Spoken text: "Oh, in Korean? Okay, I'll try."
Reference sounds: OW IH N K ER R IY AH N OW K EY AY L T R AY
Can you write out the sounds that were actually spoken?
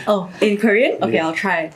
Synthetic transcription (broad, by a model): OW IH N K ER R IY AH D OW K EY AY L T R AY